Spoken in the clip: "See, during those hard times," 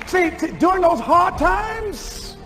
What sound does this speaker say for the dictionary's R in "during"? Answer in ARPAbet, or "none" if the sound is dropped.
none